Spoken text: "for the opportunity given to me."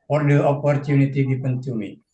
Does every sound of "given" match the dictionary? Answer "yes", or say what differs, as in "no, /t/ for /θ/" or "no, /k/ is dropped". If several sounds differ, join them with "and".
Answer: no, /p/ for /v/